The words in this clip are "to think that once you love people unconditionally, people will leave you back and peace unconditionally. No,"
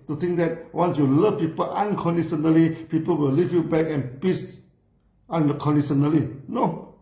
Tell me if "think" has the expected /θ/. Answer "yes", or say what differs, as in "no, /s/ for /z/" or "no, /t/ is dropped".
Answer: no, /t/ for /θ/